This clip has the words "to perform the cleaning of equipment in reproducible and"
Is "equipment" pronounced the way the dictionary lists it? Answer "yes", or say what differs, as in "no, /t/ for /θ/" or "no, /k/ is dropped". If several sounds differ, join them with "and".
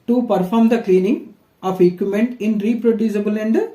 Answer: no, /p/ is dropped